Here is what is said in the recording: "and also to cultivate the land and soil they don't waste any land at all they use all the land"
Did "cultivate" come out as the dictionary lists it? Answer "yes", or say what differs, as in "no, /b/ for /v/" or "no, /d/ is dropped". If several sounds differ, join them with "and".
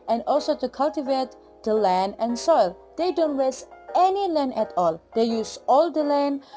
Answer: yes